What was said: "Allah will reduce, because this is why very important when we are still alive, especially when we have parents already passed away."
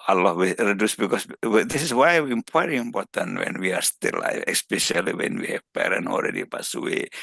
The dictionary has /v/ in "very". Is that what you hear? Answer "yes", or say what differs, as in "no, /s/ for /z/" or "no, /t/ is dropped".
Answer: no, /p/ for /v/